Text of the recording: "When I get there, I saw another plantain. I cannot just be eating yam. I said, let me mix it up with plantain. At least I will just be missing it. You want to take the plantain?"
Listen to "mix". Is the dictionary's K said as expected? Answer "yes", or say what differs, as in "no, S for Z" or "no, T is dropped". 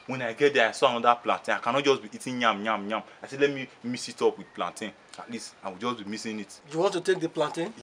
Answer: no, K is dropped